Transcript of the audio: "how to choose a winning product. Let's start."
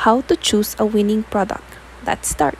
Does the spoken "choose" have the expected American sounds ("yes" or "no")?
no